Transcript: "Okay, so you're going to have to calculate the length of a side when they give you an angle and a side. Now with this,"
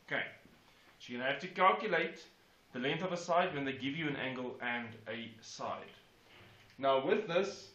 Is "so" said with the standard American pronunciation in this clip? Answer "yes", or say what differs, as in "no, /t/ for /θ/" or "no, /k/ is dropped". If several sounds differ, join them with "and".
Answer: no, /ʃ/ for /s/